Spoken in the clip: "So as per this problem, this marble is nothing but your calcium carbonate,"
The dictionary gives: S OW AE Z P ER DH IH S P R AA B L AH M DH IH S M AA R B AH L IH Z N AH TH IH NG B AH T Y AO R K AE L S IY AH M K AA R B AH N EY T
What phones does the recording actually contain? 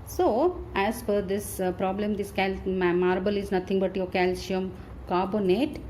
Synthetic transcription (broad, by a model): S OW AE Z F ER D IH S P R AA B L AH M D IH S M AA R B AH L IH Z N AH T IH NG B AH T Y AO K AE L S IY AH M K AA R B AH N EY T